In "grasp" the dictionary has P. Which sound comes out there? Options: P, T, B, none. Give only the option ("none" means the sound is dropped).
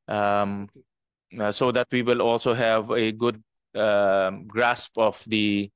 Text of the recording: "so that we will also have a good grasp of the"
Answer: P